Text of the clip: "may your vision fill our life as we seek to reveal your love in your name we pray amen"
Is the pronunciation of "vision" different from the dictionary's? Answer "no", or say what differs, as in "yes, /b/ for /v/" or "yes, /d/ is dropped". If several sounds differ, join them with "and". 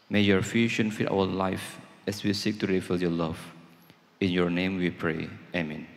yes, /f/ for /v/ and /ʃ/ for /ʒ/